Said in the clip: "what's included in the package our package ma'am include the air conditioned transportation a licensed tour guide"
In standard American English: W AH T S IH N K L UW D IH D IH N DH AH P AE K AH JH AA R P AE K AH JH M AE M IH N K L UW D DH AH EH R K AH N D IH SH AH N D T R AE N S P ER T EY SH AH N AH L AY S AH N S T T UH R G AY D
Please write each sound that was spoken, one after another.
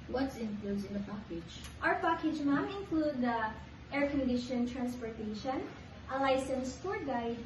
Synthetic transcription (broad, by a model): W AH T S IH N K L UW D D IH N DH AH P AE K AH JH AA W P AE K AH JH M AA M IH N K L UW D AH EH R K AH N D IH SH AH N T R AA N S P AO T EY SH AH N AH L AY S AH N S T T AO R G AY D